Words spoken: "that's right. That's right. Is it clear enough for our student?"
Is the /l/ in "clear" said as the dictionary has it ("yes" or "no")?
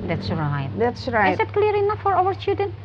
yes